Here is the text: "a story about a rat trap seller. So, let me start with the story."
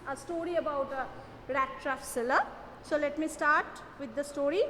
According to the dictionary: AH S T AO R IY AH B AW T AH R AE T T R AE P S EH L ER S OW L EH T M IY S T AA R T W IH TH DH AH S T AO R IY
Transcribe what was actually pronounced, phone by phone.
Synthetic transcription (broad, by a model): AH S T AO R IY AH B AW T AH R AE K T R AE F S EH L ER S OW L EH T M IY S T AA R T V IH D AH S T AO R IY